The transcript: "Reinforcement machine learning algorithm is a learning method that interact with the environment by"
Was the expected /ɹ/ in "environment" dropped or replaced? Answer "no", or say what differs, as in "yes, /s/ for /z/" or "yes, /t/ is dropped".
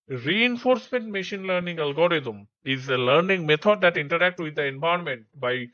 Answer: yes, /ɹ/ is dropped